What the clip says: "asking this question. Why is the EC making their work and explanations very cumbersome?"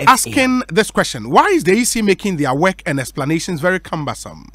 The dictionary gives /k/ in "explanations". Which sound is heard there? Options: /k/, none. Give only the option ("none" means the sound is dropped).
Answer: /k/